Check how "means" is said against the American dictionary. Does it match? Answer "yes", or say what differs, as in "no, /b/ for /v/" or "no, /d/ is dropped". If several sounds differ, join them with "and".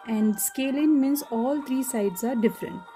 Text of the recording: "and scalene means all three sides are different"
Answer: no, /s/ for /z/